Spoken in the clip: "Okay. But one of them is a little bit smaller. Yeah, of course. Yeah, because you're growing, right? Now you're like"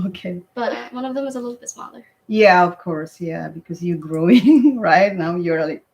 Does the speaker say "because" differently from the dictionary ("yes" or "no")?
no